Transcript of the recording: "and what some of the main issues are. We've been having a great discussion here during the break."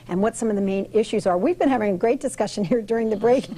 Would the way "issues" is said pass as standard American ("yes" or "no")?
yes